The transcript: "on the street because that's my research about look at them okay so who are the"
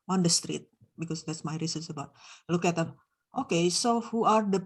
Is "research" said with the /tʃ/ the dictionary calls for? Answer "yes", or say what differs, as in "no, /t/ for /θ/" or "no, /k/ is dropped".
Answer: no, /s/ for /tʃ/